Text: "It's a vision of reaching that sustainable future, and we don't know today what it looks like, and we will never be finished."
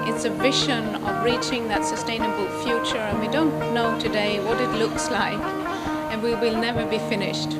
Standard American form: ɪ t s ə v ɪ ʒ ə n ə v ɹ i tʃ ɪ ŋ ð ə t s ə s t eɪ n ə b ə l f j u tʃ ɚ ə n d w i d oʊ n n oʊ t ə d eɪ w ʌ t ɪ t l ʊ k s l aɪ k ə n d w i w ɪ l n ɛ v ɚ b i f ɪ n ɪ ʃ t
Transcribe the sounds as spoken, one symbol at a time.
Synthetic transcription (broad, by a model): ɪ t s ə v ɪ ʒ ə n ə v ɹ i tʃ ɪ ŋ ð ə t s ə s t eɪ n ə b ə l f j u tʃ ɚ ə n w i d oʊ n n oʊ t ə d eɪ w ʌ t ɪ t l ʊ k s l aɪ k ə n w i w ɪ l n ɛ v ɚ b i f ɪ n ɪ ʃ t